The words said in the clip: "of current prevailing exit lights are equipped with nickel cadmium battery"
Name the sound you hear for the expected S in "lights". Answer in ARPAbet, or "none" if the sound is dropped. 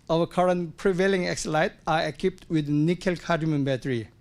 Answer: none